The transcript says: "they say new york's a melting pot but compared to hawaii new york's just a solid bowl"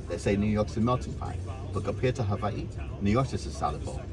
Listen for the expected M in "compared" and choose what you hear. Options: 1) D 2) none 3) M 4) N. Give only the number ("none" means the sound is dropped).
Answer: 2